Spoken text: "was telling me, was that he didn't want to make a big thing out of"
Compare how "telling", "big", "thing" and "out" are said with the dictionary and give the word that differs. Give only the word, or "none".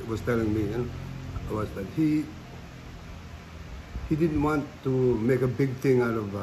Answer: thing